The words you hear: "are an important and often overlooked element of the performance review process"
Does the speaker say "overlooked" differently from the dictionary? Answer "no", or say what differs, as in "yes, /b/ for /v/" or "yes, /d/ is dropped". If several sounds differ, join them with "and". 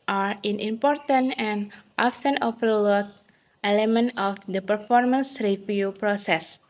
yes, /k/ is dropped